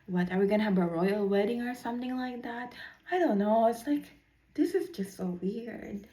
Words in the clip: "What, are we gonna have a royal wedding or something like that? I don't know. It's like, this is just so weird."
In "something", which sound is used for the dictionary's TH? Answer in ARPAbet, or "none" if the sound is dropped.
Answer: TH